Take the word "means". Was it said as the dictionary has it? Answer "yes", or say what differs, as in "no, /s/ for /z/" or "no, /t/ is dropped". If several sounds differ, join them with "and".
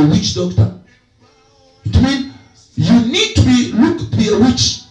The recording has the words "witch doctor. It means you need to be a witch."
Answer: no, /z/ is dropped